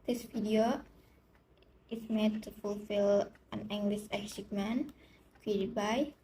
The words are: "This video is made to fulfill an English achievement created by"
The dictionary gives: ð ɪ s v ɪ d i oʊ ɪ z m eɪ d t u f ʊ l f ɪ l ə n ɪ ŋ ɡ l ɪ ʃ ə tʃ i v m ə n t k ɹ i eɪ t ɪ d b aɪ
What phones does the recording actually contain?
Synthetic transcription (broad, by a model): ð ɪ s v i d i oʊ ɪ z m eɪ d t u f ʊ l f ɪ l ə n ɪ ŋ ɡ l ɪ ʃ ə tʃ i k m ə n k i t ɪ b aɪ